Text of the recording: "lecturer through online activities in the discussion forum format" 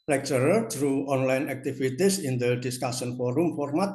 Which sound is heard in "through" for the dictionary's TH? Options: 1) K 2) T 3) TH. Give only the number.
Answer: 2